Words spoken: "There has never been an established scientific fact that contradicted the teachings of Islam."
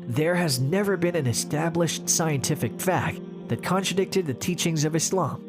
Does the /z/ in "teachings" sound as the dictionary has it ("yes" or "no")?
yes